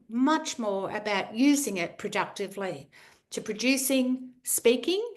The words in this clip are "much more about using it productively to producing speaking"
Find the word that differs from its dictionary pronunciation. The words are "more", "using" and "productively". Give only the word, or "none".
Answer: none